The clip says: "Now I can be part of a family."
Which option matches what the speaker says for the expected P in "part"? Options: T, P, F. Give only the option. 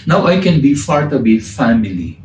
F